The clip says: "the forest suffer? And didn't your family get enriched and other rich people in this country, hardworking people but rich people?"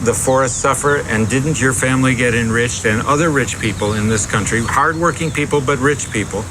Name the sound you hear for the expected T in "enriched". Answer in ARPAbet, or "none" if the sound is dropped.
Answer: T